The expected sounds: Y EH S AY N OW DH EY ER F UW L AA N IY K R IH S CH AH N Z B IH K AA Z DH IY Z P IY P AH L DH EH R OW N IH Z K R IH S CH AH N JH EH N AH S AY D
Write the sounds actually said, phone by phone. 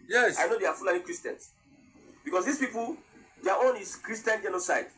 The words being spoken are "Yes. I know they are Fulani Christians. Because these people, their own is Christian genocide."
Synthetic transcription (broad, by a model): Y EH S AY N OW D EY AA F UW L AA IY K R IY S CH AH N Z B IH K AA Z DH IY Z P IY P AH L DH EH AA OW N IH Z K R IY S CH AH N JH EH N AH S AY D